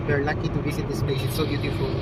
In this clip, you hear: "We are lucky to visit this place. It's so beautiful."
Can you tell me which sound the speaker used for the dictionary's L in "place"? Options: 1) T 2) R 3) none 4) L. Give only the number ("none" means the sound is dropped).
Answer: 3